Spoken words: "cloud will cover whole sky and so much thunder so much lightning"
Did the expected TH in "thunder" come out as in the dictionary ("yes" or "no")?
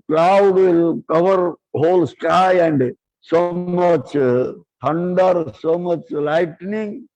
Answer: no